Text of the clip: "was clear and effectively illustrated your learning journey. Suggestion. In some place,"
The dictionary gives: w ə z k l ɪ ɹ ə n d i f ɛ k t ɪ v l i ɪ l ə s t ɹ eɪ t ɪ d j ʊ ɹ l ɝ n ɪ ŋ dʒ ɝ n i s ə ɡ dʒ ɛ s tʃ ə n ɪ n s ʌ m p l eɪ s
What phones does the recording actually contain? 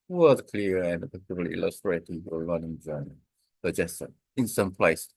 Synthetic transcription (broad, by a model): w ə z k l ɪ ɹ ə n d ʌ p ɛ t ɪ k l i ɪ l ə s t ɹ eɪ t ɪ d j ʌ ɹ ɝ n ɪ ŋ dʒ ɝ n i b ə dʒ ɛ s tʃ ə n ɪ n s ʌ m p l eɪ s